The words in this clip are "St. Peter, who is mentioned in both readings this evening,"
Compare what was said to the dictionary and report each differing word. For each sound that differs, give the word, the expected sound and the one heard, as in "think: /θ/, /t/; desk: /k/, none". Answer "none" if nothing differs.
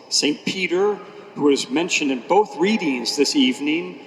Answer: none